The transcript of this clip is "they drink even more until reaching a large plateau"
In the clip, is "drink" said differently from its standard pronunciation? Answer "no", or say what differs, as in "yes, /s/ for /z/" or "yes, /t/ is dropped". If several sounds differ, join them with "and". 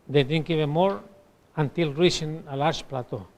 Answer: yes, /ɹ/ is dropped